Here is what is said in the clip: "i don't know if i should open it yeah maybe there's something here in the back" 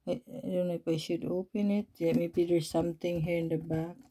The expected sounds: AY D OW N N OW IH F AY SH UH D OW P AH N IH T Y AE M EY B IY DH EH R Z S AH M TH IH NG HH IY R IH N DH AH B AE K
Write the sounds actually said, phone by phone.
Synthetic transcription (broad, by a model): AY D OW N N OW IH P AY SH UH D OW P AH N IH T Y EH M EY B IY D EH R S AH M T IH NG HH IY R IH N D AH B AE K